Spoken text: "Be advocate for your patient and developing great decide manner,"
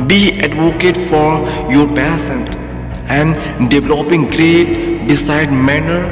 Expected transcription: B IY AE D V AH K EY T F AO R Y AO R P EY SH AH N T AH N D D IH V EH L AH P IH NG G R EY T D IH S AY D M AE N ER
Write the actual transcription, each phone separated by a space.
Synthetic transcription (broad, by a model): B IY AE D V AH K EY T F AO R Y AO R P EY S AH N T AH N D D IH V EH L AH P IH NG G R EY T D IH S AY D M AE N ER